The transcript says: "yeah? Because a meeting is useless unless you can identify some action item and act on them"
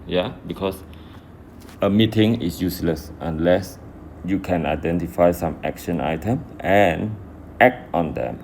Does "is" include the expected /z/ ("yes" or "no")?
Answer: no